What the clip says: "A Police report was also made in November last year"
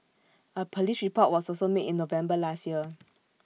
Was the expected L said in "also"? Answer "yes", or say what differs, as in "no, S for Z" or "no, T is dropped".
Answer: no, L is dropped